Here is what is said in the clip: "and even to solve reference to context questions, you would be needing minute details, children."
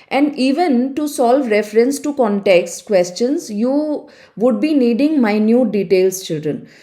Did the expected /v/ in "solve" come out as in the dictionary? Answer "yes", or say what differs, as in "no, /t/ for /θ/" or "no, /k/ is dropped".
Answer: yes